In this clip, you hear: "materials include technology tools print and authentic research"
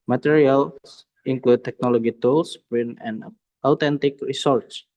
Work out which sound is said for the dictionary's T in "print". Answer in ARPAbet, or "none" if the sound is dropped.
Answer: none